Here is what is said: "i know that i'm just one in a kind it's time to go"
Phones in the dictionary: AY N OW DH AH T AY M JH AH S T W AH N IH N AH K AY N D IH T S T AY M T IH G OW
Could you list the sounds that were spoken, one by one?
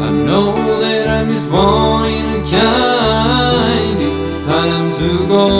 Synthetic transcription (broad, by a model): AY N OW DH AH T AY M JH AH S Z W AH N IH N AH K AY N IH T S T AY M T IH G OW